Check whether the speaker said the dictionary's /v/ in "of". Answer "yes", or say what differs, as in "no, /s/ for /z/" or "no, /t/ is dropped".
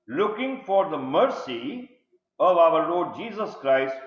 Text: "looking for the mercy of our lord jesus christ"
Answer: yes